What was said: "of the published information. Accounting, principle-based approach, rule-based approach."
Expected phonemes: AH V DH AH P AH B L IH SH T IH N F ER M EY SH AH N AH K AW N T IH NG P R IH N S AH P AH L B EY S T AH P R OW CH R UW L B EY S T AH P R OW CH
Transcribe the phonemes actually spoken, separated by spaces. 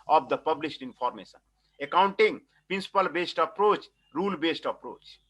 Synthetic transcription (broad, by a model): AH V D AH P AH B L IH S T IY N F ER M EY S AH N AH K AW N T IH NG P R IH N S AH P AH L B EY S T AH P R OW CH R UW L B EY S T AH P R OW CH